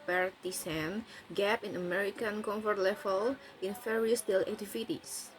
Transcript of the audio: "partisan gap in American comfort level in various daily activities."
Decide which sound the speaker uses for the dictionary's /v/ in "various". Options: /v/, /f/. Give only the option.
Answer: /f/